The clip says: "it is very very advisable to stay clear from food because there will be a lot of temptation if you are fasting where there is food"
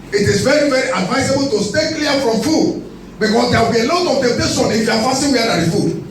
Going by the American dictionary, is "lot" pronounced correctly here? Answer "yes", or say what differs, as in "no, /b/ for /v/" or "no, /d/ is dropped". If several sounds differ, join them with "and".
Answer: yes